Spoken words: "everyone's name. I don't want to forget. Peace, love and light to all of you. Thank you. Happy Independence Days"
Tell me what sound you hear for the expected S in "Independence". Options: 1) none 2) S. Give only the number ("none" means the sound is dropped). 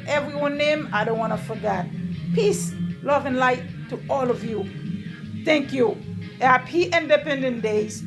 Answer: 1